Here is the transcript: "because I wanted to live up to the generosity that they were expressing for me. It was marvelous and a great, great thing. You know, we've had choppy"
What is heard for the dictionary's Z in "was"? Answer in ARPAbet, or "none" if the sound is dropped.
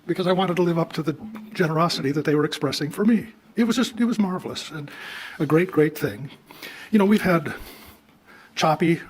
Z